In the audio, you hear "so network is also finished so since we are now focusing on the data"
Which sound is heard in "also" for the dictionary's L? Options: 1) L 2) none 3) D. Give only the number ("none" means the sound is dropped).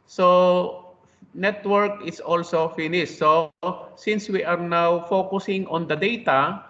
1